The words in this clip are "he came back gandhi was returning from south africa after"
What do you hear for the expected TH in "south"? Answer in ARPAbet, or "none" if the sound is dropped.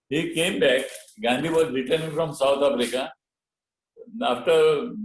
T